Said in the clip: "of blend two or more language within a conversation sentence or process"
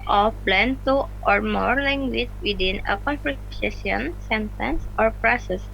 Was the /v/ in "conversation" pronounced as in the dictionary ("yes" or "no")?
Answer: no